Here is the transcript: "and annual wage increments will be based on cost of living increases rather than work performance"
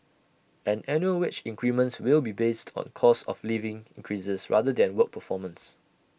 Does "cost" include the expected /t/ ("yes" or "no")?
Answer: no